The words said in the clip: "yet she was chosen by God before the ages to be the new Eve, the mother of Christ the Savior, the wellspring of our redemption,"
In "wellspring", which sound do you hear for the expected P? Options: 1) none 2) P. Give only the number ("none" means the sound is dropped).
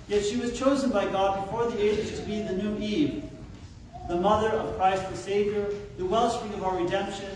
1